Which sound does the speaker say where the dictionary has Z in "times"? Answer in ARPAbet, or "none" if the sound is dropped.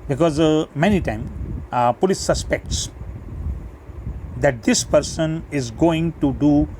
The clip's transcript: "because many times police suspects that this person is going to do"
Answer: none